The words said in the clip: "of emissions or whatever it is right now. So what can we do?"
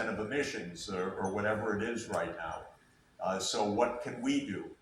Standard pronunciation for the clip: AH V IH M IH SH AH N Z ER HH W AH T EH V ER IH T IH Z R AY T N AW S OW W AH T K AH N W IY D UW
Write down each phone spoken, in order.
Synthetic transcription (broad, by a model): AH V IH M IH SH AH N Z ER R W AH T EH V ER IH T IH Z R AY T N AW S OW W AH T K AH N W IY D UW